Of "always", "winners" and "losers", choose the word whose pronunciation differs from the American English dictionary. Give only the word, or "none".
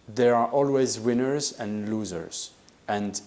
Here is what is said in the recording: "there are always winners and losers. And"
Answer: none